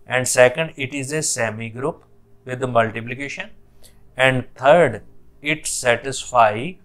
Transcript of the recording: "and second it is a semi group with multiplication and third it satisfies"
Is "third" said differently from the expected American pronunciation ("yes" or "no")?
yes